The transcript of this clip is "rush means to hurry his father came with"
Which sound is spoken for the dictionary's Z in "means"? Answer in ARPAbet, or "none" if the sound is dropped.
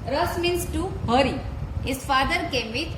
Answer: S